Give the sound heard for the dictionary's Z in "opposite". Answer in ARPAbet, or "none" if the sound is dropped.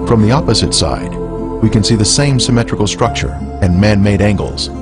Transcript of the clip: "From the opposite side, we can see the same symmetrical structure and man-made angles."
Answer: Z